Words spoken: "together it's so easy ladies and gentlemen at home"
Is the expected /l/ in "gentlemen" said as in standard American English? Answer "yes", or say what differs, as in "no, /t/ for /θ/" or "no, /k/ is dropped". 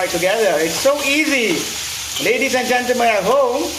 no, /l/ is dropped